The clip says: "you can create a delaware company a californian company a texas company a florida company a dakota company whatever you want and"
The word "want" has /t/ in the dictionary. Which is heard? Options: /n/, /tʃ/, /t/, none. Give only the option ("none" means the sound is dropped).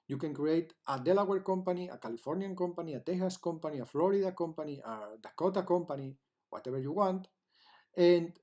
/t/